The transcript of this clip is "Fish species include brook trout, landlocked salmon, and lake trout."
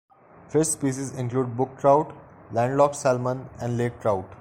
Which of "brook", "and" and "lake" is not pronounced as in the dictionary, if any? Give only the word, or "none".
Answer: brook